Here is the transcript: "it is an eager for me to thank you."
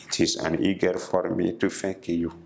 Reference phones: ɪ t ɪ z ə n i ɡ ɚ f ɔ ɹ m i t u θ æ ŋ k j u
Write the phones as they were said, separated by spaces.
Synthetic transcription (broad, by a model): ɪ t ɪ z ə n i ɡ ɚ f ɔ ɹ m i t u f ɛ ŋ k j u